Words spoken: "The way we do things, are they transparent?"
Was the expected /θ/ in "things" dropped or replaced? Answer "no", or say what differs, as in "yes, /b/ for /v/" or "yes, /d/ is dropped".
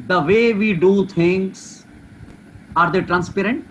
yes, /t/ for /θ/